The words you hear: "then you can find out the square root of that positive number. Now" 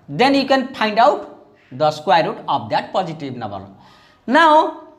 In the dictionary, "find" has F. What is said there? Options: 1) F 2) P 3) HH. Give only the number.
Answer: 2